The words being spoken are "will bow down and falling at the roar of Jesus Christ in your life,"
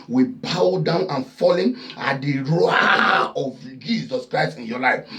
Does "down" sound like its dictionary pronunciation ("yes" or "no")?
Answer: yes